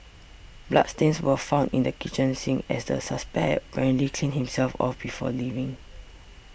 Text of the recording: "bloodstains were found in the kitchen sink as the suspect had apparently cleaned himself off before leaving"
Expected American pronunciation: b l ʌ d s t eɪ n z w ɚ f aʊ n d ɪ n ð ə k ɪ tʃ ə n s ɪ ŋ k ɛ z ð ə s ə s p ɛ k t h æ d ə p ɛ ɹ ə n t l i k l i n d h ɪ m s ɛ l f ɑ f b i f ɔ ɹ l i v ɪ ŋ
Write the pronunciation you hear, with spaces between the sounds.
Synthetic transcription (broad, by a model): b l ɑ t s t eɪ n s w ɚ f aʊ n d ɪ n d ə k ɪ tʃ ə n s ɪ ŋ ɛ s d ə s ə s p ɛ k t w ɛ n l i k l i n h ɪ m s ɛ l f ɑ f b i f ɔ l i v ɪ ŋ